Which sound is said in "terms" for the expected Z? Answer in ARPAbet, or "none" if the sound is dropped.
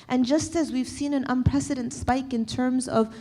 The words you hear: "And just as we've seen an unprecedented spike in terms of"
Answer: Z